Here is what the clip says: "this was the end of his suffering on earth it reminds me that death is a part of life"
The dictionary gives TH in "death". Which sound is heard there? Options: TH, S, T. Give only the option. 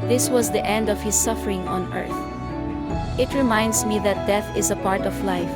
TH